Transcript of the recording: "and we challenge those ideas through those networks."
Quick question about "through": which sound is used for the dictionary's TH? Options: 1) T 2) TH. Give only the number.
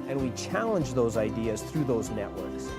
2